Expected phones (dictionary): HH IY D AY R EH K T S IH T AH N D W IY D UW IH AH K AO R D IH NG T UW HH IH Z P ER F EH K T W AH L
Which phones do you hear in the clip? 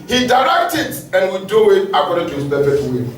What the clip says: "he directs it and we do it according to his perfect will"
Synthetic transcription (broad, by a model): HH IY D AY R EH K T IH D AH N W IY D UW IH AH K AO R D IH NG T UW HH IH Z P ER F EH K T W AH